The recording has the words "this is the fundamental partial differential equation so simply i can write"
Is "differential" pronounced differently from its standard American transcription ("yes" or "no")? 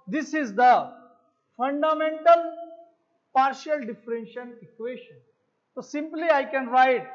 yes